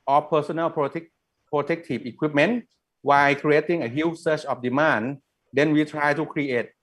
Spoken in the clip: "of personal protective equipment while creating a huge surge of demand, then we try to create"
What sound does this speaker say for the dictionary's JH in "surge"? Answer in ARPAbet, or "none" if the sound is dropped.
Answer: CH